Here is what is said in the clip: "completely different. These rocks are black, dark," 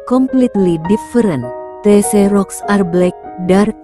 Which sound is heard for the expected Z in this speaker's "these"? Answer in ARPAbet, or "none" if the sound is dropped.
none